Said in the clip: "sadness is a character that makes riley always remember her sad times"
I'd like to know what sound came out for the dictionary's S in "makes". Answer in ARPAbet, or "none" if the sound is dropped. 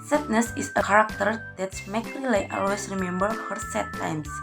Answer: none